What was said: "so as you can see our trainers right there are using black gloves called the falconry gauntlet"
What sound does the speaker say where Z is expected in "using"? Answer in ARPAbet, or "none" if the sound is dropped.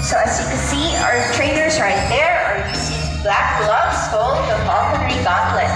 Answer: S